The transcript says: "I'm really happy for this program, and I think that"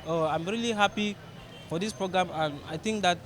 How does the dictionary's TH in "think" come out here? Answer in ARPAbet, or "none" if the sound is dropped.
T